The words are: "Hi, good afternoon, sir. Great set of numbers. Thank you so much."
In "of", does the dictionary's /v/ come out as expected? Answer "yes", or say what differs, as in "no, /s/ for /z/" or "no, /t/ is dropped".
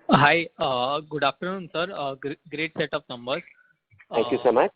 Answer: no, /p/ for /v/